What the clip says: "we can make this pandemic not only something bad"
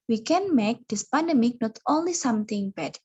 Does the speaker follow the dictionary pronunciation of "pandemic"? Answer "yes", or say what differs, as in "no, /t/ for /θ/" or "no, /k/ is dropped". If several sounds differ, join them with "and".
yes